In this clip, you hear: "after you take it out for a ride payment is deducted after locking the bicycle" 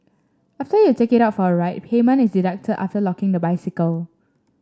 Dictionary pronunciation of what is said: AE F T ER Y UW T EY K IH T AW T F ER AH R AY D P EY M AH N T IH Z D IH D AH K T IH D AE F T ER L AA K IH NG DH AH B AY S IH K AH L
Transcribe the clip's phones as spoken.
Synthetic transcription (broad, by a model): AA F T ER Y UW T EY K IH T AW T F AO AH R AY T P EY M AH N IH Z D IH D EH K T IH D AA F T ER L AA K IH NG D AH B AY S IH K AH L